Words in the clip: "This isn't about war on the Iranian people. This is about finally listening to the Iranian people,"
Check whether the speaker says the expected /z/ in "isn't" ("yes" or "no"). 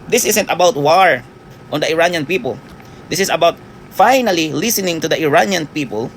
no